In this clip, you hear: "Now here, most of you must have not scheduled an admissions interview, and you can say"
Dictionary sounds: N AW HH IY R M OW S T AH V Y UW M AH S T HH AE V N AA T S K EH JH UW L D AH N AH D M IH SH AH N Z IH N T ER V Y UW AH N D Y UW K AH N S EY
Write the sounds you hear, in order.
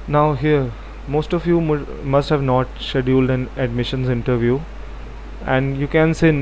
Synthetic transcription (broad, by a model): N AW HH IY R M OW S T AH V Y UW M AH S T HH AE V N AA T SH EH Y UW L D AH N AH D M IH SH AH N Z IH N T ER V Y UW AH N D Y UW K AH N S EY